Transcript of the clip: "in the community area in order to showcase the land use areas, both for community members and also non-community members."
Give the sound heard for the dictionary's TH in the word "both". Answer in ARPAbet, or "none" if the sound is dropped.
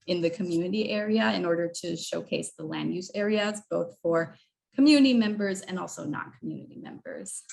TH